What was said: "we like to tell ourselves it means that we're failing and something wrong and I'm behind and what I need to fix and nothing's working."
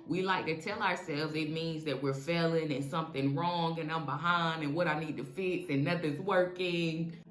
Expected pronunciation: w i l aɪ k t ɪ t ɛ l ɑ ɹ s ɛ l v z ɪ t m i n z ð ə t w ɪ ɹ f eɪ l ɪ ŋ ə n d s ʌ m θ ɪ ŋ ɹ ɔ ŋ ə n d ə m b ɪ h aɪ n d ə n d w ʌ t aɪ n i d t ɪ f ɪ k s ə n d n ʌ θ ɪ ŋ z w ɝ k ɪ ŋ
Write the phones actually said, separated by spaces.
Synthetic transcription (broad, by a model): w i l aɪ k t ɪ t ɛ l ɑ ɹ s ɛ l v z ɪ t m i n z ð ə t w ɪ ɹ f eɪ l ɪ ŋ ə n s ʌ m θ ɪ ŋ ɹ ɔ ŋ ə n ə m b ɪ h aɪ n d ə n w ʌ t aɪ n i d t ɪ f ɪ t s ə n n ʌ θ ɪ z w ɝ k ɪ ŋ